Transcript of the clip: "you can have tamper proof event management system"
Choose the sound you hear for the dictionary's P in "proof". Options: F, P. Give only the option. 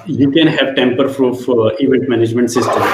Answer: F